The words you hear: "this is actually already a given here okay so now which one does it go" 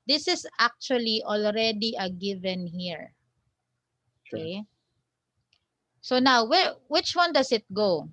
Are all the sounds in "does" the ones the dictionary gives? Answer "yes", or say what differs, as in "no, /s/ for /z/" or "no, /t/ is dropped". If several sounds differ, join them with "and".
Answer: no, /s/ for /z/